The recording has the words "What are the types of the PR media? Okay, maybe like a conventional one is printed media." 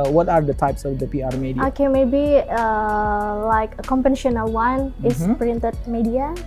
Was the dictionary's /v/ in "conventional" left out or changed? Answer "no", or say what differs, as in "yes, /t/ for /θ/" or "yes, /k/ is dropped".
yes, /v/ is dropped